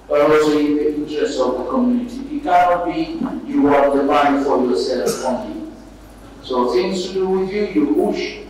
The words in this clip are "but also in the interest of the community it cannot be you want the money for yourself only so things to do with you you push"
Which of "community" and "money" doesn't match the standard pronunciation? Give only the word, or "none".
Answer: money